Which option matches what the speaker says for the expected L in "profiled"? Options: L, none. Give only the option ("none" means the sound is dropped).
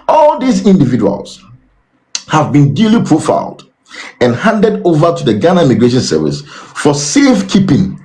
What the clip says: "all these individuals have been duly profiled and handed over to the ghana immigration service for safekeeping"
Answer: L